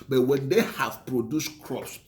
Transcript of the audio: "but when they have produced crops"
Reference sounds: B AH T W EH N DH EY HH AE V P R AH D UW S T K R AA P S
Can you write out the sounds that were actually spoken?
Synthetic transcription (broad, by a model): B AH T W EH N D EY HH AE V P R AH D UW S T K R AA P S